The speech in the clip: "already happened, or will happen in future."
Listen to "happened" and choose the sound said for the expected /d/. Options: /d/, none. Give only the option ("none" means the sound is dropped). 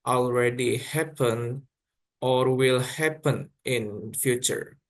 none